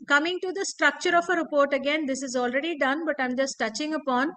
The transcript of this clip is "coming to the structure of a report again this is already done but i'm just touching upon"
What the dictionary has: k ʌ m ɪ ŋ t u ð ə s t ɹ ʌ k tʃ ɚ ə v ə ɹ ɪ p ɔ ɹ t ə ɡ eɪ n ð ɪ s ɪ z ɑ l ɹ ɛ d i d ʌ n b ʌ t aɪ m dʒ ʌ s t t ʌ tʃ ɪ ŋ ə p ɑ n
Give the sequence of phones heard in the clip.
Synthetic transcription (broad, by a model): k ʌ m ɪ ŋ t u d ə s t ɹ ʌ k tʃ ɚ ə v ə ɹ ɪ p ɔ ɹ t ə ɡ eɪ n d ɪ s ɪ z ɑ l ɹ ɛ d i d ʌ n b ʌ t aɪ m dʒ ʌ s t t ʌ tʃ ɪ ŋ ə p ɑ n